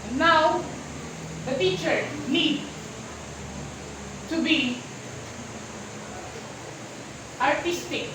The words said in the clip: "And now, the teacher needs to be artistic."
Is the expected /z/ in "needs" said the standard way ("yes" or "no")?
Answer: no